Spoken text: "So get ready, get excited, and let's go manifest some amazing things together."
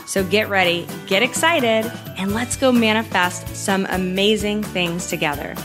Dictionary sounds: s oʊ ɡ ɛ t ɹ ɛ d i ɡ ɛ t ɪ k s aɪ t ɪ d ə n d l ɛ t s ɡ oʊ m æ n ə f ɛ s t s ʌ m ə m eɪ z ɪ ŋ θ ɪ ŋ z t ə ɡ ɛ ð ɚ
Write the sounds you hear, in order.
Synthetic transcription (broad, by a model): s oʊ ɡ ɛ t ɹ ɛ d i ɡ ɛ t ɪ k s aɪ t ɪ d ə n l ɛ t s ɡ oʊ m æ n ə f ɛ s t s ʌ m ə m eɪ z ɪ ŋ θ ɪ ŋ z t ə ɡ ɛ ð ɚ